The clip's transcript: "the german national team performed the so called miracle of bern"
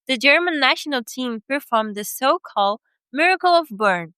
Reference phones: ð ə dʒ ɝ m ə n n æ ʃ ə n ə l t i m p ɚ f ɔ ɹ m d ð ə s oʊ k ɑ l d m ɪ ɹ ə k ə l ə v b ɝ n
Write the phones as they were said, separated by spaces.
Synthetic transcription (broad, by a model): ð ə dʒ ɝ m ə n n æ ʃ ə n ə l t i m p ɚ f ɔ ɹ m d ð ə s oʊ k ɑ l d m ɪ ɹ ə k ə l ə v b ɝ n